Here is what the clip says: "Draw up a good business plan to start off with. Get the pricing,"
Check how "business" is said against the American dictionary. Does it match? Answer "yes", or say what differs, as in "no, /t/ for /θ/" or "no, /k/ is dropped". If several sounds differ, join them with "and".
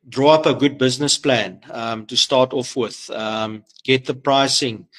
yes